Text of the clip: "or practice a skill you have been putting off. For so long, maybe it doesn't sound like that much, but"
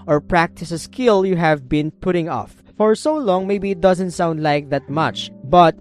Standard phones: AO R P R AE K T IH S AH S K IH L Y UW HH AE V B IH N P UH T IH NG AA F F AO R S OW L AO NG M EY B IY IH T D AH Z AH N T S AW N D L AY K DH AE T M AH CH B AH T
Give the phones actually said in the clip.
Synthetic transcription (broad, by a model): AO R P R AE K T IH S AH S K IH L Y UW HH AE V B IH N P UH T IH NG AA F F AO R S OW L AO NG M EY B IY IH T D AH Z AH N T S AW N D L AY K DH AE T M AH CH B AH T